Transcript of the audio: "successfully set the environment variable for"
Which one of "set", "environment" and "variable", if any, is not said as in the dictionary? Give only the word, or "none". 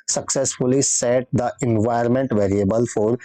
environment